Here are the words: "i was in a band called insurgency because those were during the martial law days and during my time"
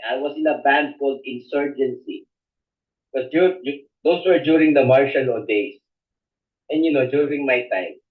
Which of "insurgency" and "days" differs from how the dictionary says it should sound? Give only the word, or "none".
days